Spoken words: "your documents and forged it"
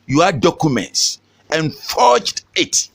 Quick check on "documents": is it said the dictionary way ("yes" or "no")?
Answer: yes